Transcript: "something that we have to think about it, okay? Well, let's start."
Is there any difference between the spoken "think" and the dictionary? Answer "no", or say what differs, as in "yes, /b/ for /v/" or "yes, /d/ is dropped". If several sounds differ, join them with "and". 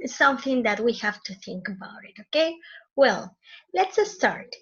no